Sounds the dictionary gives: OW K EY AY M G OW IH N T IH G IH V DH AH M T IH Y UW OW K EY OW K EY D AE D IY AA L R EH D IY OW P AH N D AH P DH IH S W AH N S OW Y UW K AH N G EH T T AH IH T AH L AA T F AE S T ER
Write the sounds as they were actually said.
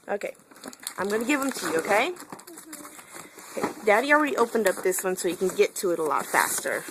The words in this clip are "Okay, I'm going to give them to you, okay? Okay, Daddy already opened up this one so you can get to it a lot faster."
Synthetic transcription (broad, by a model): OW K EY AY M G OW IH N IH G IH V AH M T IH Y UW OW K EY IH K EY D AE D IY L R EH D IY OW P AH N D AH P DH IH S W AH N S OW Y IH K AH N G EH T T AH IH T AH L AA T F AE S T ER